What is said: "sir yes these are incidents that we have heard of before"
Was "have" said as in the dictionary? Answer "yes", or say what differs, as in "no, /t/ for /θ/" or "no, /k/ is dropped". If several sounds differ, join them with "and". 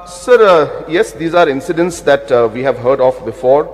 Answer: yes